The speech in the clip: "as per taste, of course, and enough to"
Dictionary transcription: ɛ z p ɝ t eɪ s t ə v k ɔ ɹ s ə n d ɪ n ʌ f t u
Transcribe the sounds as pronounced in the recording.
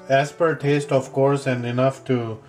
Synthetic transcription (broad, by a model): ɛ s p ɝ t eɪ s t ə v k ɔ ɹ s ə n d ɪ n ʌ f t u